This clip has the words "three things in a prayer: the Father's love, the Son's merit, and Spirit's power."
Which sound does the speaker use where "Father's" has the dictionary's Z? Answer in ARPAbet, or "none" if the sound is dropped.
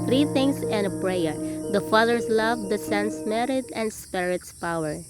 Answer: S